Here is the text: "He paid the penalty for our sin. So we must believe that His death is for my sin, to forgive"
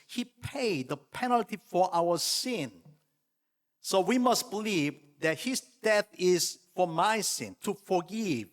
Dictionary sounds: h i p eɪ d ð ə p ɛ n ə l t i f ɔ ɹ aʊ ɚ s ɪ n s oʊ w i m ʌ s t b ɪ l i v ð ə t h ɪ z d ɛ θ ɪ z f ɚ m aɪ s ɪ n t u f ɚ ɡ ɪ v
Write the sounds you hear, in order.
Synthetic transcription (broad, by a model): h i p eɪ d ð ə p ɛ n ə l t i f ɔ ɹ aʊ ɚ s ɪ n s oʊ w i m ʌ s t b ɪ l i v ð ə t h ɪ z d ɛ θ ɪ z f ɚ m aɪ s ɪ n t u f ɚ ɡ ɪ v